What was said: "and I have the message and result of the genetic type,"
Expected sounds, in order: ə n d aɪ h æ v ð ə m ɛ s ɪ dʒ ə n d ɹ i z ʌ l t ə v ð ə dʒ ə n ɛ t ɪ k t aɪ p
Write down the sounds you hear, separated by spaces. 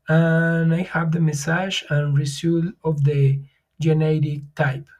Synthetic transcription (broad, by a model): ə n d aɪ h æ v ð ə m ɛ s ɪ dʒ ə n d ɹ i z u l ə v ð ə dʒ ə n ɛ t ɪ k t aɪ p